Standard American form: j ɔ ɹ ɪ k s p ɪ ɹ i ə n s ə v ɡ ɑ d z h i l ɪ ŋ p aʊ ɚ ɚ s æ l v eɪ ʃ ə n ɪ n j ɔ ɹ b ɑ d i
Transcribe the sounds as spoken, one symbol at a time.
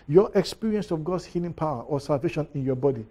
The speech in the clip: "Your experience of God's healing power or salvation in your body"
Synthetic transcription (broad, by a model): j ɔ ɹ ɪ k s p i ɹ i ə n s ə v ɡ ɑ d s h i l ɪ ŋ p aʊ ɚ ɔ s æ l v eɪ ʃ ə n ɪ n j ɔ b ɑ d i